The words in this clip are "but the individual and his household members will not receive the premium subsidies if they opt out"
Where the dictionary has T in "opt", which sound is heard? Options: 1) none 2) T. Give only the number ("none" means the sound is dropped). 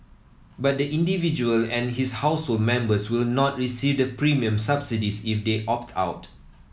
2